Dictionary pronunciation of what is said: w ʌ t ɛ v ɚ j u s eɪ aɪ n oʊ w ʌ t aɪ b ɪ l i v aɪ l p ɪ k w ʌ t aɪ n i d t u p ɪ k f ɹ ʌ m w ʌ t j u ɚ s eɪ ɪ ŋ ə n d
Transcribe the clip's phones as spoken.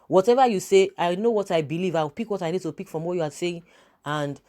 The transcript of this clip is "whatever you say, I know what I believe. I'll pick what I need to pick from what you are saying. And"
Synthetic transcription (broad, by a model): w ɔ t ɛ v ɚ j u s eɪ aɪ n oʊ w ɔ t aɪ b ɪ l i v aɪ w p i k w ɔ t aɪ n i d t u p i k f ɹ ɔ m w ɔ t j u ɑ s eɪ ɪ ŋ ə n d